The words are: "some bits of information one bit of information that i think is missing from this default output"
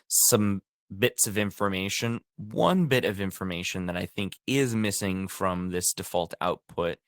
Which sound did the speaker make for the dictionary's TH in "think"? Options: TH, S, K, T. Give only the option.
TH